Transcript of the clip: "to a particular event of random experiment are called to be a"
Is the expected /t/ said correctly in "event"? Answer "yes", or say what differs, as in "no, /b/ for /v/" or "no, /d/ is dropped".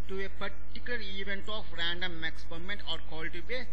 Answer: yes